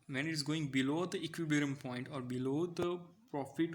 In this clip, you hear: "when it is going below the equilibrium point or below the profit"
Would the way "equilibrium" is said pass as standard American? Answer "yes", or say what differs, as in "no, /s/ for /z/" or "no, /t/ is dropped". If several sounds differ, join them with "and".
no, /b/ is dropped